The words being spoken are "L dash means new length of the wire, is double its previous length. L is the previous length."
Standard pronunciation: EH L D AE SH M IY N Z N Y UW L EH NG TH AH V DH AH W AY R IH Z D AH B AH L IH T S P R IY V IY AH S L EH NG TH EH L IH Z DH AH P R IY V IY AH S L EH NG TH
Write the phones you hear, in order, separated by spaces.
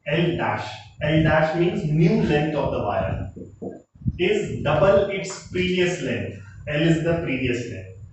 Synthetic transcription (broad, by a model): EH L D AE SH M IY N Z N Y UW L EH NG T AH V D AH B AY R IH Z D AH B AH L IH T S P R IY V IY AH S L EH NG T EH L IH Z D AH P R IY V IY AH S L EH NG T